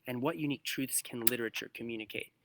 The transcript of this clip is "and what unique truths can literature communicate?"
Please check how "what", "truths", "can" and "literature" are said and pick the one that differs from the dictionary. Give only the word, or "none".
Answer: none